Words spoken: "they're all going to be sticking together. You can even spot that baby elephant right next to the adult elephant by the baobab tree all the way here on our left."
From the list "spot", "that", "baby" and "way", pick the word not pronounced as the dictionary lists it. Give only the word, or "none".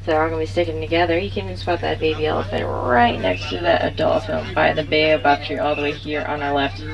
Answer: spot